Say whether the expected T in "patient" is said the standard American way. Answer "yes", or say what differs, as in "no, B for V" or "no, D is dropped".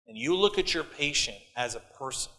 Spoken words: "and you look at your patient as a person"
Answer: yes